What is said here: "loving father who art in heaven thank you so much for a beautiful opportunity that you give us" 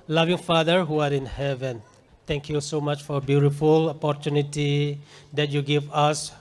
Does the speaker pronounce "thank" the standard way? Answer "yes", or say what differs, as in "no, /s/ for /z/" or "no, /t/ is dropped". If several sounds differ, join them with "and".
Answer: no, /t/ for /θ/